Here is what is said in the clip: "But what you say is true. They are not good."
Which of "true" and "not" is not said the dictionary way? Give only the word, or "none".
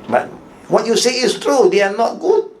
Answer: none